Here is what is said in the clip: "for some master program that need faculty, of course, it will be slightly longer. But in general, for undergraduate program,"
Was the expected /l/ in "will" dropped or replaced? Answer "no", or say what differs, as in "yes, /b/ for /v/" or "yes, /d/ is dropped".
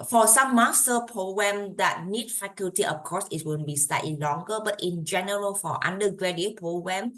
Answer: yes, /n/ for /l/